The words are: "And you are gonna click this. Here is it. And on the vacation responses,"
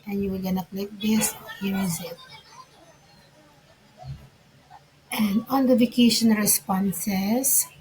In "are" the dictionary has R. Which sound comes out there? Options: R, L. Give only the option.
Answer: L